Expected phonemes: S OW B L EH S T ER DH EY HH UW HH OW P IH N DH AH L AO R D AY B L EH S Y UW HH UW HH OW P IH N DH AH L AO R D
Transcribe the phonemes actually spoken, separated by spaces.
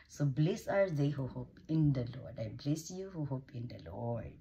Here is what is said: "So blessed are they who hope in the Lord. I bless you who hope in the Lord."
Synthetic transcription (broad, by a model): S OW B L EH S AA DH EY HH UW HH OW P IH N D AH L AO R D AY B L EH S Y UW HH UW HH OW P IH N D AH L AO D